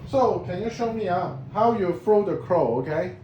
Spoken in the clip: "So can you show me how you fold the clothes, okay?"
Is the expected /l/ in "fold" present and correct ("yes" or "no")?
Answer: no